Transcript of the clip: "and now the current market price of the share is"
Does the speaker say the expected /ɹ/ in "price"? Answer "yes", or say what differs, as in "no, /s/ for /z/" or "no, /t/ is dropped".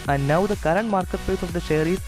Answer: no, /ɹ/ is dropped